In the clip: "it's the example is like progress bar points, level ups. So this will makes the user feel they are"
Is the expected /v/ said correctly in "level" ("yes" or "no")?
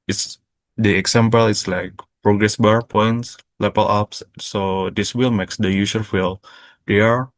no